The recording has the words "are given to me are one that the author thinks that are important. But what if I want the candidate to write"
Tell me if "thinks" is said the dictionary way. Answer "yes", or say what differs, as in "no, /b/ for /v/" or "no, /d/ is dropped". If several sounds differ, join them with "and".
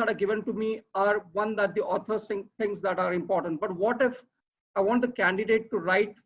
no, /s/ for /θ/